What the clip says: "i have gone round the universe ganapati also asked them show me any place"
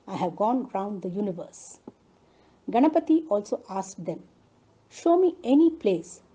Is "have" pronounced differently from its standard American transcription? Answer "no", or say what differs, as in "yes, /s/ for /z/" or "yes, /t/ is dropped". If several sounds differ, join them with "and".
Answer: no